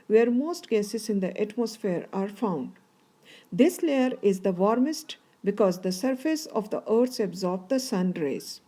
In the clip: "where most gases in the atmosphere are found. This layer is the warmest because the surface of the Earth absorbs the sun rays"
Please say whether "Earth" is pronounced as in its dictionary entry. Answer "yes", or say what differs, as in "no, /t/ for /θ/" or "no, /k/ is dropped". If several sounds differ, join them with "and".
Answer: no, /s/ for /θ/